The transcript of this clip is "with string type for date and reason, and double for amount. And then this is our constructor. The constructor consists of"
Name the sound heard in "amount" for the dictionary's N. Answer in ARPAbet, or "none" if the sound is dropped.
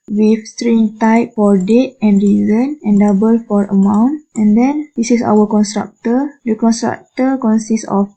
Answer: N